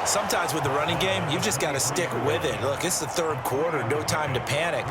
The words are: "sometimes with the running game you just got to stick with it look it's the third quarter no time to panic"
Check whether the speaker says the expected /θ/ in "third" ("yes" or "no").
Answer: yes